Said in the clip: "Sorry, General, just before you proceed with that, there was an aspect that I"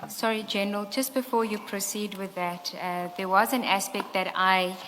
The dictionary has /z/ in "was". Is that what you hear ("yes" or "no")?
yes